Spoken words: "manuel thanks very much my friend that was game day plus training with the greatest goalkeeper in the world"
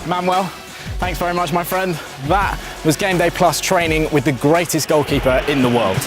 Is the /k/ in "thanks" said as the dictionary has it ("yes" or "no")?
yes